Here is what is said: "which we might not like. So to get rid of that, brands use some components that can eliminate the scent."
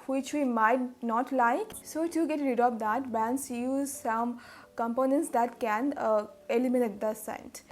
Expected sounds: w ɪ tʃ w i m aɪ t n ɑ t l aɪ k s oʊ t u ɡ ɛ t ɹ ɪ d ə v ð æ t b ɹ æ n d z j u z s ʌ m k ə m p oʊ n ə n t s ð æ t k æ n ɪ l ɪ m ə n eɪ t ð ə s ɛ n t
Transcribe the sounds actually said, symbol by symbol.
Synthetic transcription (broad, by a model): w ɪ tʃ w i m aɪ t n ɑ t l aɪ k s oʊ t u ɡ ɛ t ɹ ɪ d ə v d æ t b æ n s j u z s ʌ m k ə m p oʊ n ə n t s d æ t k æ n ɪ l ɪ m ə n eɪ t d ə s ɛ n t